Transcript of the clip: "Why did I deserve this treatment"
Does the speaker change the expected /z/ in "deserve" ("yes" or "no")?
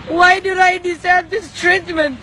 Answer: yes